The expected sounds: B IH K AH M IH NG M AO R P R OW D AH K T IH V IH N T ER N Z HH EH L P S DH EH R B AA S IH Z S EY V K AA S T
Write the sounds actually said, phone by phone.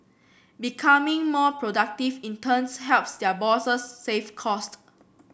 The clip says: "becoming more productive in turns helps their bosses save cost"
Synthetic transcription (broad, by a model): B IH K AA M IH NG M AO P R OW D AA K T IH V IH N T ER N S HH EH L P S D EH B AA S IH S EY F K AA S T